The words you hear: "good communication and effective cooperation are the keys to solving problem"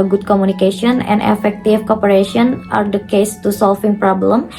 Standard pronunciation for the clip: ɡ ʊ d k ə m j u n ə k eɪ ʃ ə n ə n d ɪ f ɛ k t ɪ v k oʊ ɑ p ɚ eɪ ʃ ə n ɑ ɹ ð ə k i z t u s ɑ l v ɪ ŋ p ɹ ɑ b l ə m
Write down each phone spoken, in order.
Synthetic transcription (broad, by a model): ɡ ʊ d k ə m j u n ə k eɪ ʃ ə n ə n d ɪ f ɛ k t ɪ f k oʊ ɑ p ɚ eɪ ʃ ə n ɑ ɹ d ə k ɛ s t u s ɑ l f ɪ ŋ p ɹ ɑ b l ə m